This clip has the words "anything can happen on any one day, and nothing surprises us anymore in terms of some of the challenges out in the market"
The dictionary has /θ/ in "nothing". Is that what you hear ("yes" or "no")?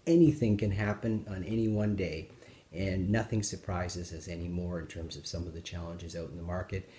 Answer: yes